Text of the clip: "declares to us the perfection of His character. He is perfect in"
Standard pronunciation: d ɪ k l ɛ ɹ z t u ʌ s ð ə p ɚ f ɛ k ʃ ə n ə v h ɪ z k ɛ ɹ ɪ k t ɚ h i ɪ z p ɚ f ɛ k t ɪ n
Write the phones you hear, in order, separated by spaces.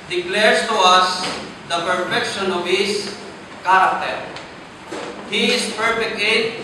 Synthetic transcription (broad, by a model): d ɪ k l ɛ ɹ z t u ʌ s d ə p ɚ f ɛ k ʃ ə n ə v h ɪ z k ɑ ɹ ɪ k t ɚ h i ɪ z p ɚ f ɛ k ɪ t